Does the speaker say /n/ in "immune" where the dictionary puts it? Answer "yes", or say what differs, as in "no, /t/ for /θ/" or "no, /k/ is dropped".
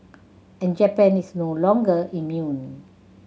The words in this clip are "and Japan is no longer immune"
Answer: yes